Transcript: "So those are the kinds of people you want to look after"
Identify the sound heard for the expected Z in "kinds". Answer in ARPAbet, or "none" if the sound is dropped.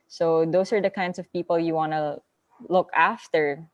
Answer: S